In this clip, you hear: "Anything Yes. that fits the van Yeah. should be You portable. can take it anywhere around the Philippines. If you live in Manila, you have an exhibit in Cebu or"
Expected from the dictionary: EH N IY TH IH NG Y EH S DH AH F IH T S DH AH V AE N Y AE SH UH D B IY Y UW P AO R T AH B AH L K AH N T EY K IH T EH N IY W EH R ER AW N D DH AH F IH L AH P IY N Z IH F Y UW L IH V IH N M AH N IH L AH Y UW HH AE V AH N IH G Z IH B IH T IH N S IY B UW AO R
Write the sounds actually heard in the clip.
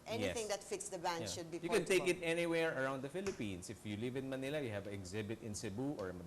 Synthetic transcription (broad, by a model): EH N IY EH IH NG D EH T F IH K S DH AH B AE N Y SH UH D B IY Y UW K AH N T EY K IH T EH N IY W EH R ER AW N D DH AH F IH L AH P IY N S IH F Y UW L IH V IH N M AH N IH L AH Y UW HH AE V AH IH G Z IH B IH T IH N S IY B UW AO R